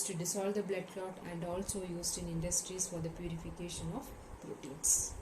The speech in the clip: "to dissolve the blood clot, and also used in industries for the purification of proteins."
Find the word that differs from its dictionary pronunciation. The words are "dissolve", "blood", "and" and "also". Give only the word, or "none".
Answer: dissolve